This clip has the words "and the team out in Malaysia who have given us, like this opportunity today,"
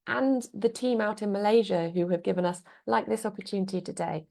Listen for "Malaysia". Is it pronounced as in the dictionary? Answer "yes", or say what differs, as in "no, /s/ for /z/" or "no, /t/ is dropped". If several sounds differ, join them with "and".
yes